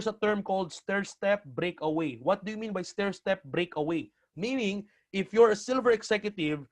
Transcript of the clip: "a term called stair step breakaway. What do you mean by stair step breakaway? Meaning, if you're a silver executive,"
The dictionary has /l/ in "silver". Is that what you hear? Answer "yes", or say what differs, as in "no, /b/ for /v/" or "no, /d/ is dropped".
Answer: yes